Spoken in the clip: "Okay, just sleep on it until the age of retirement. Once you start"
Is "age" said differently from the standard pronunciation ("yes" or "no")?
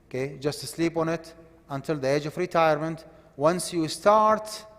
no